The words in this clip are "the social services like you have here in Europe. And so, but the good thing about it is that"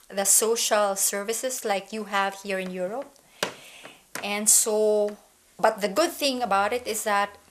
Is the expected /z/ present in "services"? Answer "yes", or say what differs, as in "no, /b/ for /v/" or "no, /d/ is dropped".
no, /s/ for /z/